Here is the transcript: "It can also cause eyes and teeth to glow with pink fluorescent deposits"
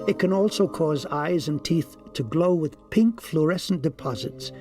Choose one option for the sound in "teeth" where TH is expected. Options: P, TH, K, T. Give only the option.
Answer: TH